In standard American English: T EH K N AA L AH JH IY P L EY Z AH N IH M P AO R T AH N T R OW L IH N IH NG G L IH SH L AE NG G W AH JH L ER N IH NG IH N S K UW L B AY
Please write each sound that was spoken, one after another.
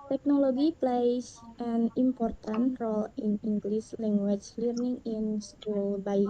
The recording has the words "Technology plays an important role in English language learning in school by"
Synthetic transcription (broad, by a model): T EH K N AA L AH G IY P L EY S AH N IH M P AO R T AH N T R OW L IH N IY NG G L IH S L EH NG G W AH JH L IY N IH NG IH N S K UW L B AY